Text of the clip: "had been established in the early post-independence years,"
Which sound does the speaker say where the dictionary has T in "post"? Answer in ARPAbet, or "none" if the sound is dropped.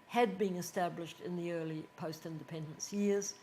T